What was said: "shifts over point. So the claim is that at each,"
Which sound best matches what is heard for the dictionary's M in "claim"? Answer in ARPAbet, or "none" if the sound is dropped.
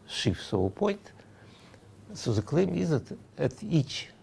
M